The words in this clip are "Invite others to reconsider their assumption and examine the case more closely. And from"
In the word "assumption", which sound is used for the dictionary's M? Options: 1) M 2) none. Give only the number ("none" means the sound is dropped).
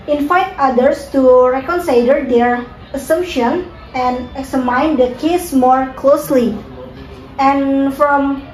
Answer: 1